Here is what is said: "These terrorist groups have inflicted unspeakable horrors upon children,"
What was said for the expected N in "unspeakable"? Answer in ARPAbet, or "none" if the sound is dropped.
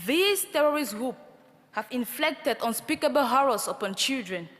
N